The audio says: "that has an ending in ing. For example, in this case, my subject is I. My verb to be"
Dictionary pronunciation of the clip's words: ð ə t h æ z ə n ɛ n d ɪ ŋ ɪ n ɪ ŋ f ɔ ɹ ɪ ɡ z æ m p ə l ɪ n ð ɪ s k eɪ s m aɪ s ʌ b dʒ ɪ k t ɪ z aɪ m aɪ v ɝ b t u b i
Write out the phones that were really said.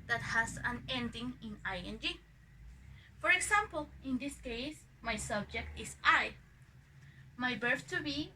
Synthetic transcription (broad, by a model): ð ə t h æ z ə n ɛ n d ɪ ŋ ɪ n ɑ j f ɔ ɹ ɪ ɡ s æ m p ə l ɪ n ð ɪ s k eɪ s m aɪ s ʌ b dʒ ɪ k t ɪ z aɪ m aɪ b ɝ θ t u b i